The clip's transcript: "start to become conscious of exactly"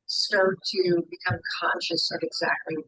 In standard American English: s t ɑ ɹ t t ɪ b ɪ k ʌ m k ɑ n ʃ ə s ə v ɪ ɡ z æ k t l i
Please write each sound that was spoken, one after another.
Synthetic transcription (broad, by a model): s t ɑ ɹ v t ɪ b ɪ k ʌ m k ɑ n ʃ ə s ə v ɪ ɡ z æ k t l i